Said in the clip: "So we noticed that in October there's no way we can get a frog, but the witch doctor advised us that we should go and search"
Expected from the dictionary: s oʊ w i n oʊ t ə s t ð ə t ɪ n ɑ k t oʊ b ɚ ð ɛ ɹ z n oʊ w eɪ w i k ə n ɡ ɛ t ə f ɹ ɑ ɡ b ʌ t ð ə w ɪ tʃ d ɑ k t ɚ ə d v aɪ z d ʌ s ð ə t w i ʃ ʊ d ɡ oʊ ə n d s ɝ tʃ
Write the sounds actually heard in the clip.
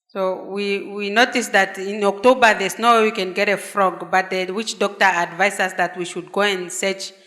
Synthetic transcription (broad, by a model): s oʊ w i n oʊ t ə s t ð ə t ɪ n ɑ k t oʊ b ɚ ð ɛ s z n oʊ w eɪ w i k ə n ɡ ɛ t ə f ɹ ɑ ɡ b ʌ t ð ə w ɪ tʃ d ɑ k t ɚ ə d v aɪ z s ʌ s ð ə t w i ʃ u d ɡ oʊ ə n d s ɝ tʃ